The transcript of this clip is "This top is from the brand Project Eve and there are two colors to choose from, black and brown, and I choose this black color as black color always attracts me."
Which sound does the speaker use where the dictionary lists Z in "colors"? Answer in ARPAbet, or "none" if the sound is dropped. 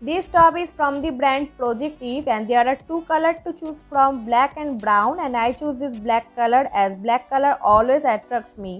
none